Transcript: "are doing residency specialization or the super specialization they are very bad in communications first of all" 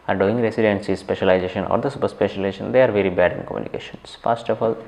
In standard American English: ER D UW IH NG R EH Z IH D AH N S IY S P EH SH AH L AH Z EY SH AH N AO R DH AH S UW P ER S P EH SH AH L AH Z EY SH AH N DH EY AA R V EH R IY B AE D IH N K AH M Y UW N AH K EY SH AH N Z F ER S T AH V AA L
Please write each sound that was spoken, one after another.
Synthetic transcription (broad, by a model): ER D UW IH NG R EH S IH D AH N S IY S P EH SH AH L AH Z EY SH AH N AO R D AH S UW P ER S P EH SH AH L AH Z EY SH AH N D EY AA R V EH R IY B AE D IH N K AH M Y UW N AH K EY SH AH N S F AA S T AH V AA L